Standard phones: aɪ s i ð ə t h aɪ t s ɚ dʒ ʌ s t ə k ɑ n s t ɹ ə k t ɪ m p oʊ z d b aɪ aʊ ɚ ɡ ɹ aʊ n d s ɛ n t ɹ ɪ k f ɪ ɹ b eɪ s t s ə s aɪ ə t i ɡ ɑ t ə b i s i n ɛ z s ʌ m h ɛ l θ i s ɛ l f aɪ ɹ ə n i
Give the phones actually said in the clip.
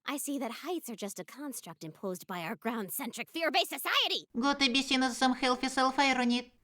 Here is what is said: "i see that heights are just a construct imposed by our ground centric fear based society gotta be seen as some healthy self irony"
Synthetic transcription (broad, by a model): aɪ s i ð ə t h aɪ t s ɚ dʒ ʌ s t ə k ɑ n s t ɹ ə k t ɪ m p oʊ z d b aɪ aʊ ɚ ɡ ɹ aʊ n d s ɛ n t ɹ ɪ k f ɪ ɹ b eɪ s s ə s aɪ ə t i ɡ ɑ t ə b i s i n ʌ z s ʌ m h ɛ l f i s ɛ l f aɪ ɹ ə n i